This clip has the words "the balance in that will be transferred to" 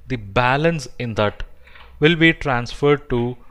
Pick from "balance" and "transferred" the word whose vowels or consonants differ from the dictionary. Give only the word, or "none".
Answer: none